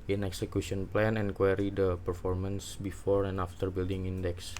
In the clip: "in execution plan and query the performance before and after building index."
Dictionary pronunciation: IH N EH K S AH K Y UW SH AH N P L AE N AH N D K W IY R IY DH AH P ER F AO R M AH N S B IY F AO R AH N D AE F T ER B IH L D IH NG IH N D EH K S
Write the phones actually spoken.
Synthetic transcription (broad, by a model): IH N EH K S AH K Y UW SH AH N P L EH N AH N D K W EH R IY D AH P ER F AO R M AH N S B IY F AO R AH N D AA F T ER B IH L D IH NG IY N D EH K S